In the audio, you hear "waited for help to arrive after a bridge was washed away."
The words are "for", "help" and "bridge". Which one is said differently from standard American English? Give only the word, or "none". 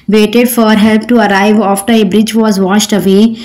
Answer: none